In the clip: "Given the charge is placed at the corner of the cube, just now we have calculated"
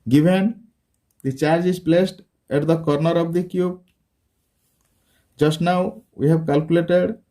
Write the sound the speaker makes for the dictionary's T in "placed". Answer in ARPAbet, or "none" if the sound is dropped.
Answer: T